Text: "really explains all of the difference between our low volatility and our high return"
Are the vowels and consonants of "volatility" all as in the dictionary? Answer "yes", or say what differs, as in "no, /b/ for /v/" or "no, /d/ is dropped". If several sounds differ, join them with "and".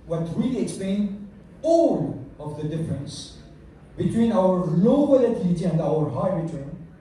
no, /b/ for /v/